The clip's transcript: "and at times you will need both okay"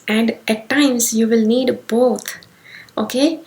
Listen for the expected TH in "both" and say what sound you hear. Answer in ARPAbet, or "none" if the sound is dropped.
T